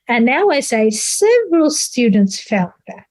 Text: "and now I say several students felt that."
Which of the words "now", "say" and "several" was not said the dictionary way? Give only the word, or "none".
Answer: none